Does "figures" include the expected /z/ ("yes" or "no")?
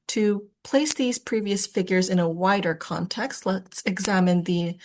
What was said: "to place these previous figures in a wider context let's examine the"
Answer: yes